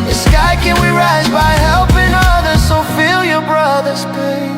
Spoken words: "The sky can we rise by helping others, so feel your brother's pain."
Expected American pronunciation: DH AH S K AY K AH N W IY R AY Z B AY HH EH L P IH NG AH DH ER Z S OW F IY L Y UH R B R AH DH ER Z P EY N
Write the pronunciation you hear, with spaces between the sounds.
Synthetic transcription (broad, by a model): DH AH S K AY K AH N W IY R AY Z B AY HH EH L P IH NG AH DH ER Z S OW F IY L Y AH R B R AH DH ER Z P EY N